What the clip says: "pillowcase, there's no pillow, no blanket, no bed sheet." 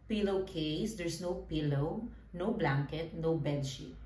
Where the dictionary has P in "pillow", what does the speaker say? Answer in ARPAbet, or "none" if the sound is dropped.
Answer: P